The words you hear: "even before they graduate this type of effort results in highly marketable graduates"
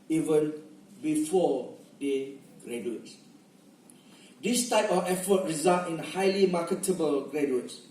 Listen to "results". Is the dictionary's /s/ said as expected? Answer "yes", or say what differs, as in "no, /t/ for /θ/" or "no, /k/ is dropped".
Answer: no, /s/ is dropped